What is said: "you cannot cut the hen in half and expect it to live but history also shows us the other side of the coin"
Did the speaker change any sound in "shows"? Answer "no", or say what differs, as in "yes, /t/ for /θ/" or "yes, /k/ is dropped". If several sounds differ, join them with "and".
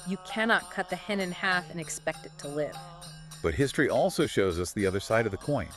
no